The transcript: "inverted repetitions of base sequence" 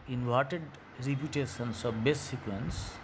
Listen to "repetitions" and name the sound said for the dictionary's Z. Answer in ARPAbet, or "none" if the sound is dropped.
S